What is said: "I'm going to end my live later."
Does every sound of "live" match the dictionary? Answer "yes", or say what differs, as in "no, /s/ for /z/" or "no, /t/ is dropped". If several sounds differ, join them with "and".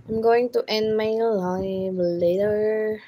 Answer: no, /b/ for /v/